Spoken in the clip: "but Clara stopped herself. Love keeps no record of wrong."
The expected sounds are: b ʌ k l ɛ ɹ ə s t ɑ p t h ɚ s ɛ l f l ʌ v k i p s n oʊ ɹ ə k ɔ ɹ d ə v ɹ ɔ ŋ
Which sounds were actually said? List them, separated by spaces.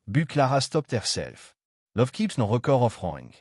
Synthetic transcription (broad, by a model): b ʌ k l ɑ ɹ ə s t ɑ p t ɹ s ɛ l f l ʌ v k i p s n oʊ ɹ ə k ɔ ɹ ə f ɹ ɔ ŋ